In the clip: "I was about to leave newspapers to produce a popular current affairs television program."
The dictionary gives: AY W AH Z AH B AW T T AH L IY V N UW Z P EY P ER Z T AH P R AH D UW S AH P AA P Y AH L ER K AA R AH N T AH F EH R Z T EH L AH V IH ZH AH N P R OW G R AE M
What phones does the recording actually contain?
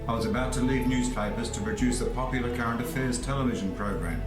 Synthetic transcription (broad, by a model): AY W AH Z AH B AW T T AH L IY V N UW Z P EY P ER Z T AH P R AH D UW S AH P AA P Y L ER K AA R AH N T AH F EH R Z T EH L AH V IH ZH AH N P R OW G R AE M